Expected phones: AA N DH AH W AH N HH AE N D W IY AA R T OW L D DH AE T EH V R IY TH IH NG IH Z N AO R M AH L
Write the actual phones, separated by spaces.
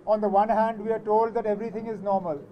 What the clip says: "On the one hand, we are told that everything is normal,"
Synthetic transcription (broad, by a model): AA N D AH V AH N HH AE N D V IY AA R T OW L D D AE T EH V R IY T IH NG IH Z N AO R M AH L